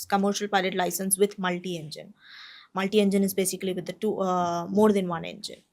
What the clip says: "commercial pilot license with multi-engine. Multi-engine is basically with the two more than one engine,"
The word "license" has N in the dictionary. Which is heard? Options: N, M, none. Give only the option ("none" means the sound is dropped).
N